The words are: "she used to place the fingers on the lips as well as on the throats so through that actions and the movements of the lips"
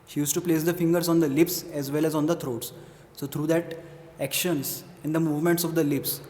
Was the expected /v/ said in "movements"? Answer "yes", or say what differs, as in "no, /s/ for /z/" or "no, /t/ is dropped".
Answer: yes